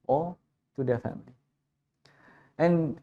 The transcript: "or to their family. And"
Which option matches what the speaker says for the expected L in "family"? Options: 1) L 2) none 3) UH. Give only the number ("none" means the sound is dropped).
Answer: 1